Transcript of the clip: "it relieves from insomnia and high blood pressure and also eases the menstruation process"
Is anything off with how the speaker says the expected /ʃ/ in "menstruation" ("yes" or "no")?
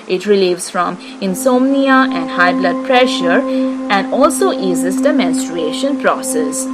no